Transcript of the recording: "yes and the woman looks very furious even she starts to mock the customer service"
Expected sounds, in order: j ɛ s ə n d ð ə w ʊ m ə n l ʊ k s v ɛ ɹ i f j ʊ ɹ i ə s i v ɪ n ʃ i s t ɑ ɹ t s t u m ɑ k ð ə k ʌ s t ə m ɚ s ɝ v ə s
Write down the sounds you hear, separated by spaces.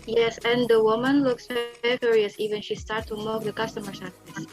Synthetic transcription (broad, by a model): j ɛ s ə n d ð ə w ʊ m ə n l ʊ k s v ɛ i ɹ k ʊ ɹ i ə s i v ɪ n ʃ i s t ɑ ɹ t t u m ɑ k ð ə k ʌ s t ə m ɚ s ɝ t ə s